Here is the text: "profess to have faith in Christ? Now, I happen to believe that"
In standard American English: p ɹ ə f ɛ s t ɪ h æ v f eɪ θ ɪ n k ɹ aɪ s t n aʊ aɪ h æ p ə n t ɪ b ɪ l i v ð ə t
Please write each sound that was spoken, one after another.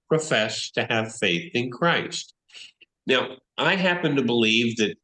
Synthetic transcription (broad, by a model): p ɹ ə f ɛ s t ɪ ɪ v f eɪ θ ɪ n k ɹ aɪ s t n aʊ aɪ h æ p ə n t ɪ b ɪ l i v ð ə t